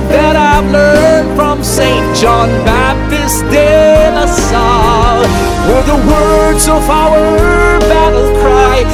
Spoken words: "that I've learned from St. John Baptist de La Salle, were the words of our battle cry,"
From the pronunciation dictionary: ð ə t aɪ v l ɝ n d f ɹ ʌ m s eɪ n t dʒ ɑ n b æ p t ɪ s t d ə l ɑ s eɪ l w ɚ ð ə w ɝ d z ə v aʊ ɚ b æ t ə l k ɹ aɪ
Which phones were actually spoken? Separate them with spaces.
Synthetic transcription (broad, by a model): ð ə t aɪ v l ɝ n d f ɹ ʌ m s eɪ n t dʒ ɑ n b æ p t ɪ s d ə n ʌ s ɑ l w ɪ ð ə w ɝ d z ə v aʊ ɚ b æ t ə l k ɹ aɪ